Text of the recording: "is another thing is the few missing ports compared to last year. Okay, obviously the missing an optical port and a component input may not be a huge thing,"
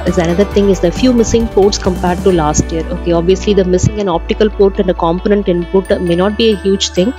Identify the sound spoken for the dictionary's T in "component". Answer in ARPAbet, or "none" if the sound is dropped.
T